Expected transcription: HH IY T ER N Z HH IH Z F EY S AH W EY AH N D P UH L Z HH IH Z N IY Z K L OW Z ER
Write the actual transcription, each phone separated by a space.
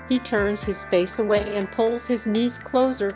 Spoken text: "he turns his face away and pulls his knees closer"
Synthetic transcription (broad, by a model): HH IY T ER N Z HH IH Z F EY S AH W EY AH N P UH L Z HH IH Z N IY Z K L OW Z ER